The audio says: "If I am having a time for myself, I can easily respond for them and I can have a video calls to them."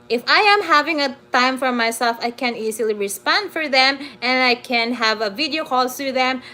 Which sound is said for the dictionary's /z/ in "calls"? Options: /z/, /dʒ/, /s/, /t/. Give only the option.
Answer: /s/